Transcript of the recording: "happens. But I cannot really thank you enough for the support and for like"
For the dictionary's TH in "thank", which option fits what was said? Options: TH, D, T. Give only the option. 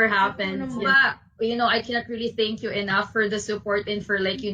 TH